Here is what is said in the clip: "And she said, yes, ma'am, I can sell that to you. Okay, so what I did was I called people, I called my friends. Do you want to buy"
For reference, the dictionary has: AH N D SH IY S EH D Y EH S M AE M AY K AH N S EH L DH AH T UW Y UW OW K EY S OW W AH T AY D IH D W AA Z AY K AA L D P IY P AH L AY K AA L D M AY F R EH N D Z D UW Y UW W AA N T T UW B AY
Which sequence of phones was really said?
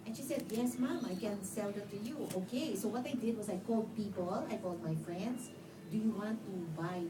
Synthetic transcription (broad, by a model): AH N SH IY S EH D Y EH S M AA M AY K AH N S EH L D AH T UW Y UW OW K EY S OW W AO T AY D IH D W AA S AY K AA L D P IY P AH L AY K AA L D M AY F R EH N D S D UW Y UW W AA N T T UW B AY